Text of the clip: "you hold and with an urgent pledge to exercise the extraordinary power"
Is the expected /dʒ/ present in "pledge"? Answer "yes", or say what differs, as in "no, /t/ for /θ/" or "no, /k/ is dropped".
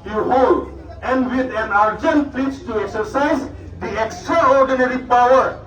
no, /tʃ/ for /dʒ/